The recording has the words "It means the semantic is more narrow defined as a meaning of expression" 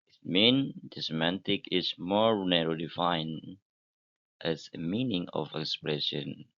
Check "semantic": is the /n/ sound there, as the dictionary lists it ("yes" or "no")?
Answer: yes